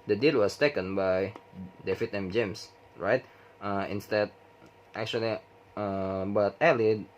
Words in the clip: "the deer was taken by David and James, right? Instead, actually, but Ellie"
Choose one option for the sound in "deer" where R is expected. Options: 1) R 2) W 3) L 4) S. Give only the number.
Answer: 3